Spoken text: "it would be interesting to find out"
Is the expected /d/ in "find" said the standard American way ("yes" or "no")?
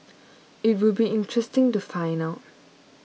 no